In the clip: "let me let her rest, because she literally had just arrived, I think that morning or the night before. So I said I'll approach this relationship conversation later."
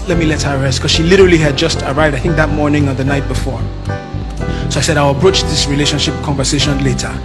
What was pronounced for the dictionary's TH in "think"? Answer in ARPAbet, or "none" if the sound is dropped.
TH